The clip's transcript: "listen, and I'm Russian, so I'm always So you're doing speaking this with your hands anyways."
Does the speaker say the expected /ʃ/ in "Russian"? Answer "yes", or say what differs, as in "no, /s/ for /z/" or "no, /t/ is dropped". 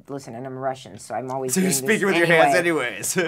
yes